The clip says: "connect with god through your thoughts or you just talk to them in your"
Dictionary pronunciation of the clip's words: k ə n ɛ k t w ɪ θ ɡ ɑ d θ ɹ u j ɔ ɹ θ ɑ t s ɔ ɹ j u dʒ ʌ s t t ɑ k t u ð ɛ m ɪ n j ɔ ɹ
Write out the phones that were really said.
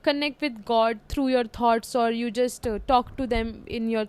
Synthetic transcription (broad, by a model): k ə n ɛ k t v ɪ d ɡ ɑ d t ɹ u j ɔ ɹ t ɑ t s ɔ ɹ j u dʒ ʌ s t t ɑ k t u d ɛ m ɪ n j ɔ ɹ